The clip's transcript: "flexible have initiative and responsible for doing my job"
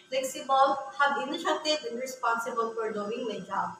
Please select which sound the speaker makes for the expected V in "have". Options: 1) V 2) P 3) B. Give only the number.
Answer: 3